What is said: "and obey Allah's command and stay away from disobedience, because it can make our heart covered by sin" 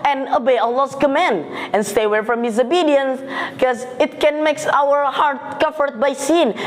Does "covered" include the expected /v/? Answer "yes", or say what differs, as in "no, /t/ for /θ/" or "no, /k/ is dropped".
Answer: no, /f/ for /v/